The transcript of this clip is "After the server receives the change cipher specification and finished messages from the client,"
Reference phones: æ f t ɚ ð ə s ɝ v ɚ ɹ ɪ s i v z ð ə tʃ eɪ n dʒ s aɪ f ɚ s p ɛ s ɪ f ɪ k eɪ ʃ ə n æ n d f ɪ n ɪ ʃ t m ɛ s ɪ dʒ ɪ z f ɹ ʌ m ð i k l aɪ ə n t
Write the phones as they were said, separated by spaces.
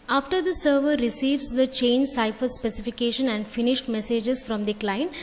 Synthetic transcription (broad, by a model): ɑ f t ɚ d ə s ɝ v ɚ ɹ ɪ s i v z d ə tʃ eɪ n dʒ s aɪ f ɚ s p ɛ s ɪ f ɪ k eɪ ʃ ə n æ n d f ɪ n ɪ ʃ t m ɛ s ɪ dʒ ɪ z f ɹ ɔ m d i k l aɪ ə n